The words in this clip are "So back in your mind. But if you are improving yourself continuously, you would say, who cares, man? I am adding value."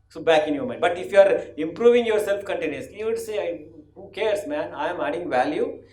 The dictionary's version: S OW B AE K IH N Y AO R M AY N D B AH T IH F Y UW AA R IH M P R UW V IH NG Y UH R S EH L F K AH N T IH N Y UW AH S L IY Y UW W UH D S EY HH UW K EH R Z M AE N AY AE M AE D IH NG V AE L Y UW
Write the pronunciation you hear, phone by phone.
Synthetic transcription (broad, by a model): S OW B AE K IH N Y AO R M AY D B AH T IH F Y UW AA R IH M P R UW V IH NG Y UH R S EH L F K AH N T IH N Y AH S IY Y UW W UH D S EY HH UW K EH R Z M AE N AY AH M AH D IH NG V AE L Y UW